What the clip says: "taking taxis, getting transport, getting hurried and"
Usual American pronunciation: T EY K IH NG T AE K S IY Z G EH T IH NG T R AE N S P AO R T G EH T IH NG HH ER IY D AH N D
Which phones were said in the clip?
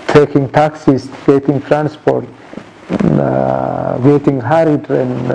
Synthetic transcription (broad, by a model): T EY K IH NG T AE K S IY S G EH T IH NG T R AE N S P AO R T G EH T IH NG HH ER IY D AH N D